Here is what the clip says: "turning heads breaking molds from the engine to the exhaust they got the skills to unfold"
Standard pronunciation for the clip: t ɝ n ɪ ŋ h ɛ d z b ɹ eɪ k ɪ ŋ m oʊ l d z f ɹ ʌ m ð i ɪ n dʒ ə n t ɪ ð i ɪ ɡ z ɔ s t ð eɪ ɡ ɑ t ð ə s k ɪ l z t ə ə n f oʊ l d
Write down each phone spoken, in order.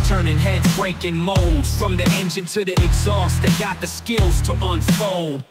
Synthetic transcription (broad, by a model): t ɝ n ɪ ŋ h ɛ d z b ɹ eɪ k ɪ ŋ m oʊ l d z f ɹ ʌ m ð i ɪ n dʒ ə n t ɪ ð i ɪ ɡ z ɔ s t ð eɪ ɡ ɑ t ð ə s k ɪ l z t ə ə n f oʊ l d